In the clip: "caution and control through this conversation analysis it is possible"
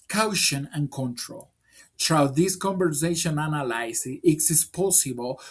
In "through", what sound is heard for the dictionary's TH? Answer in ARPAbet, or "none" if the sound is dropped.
T